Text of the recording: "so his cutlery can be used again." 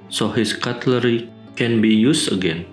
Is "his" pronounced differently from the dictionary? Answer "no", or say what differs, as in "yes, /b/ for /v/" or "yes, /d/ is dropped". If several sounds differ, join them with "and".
yes, /s/ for /z/